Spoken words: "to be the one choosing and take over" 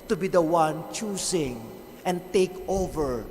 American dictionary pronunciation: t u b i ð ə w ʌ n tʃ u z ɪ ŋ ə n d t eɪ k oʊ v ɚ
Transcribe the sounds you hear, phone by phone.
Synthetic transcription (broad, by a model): t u b i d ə w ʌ n tʃ u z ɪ ŋ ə n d t eɪ k oʊ v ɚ